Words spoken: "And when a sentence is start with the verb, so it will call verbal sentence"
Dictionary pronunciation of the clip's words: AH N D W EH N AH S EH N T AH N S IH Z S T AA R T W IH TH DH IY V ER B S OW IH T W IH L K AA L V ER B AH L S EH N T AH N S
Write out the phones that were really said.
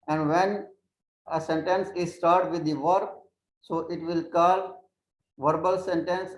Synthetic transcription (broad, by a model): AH N D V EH N AH S EH N T AH N S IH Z S T AA R T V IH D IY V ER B S OW IH T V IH L K AA L V ER B AH L S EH N T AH N S